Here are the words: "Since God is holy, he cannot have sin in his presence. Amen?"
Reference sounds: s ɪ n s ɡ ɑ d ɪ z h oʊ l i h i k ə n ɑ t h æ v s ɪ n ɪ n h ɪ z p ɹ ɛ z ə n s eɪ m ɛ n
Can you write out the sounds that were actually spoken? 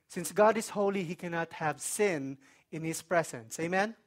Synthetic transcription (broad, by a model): s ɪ n s ɡ ɑ d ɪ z h oʊ l i h i k ə n ɑ t h æ v s ɪ n ɪ n h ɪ s p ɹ ɛ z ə n s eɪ m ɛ n